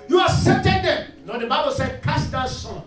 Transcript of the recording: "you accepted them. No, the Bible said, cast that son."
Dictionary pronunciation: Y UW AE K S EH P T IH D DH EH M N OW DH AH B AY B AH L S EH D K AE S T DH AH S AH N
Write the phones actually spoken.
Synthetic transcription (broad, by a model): Y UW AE S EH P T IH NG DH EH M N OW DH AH B AY B AH L S EH D K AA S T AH S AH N